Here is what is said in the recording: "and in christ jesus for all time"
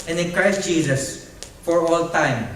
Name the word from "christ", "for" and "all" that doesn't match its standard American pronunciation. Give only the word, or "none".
none